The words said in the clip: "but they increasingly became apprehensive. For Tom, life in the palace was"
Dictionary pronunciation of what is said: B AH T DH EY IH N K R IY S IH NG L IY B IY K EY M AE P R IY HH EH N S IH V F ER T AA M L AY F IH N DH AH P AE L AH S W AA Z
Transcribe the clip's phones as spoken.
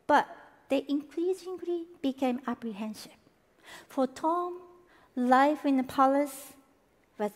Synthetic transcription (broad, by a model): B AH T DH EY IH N K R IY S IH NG L IY B IY K EY M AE P R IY HH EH N SH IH P F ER T AA M L AY F IH N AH P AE L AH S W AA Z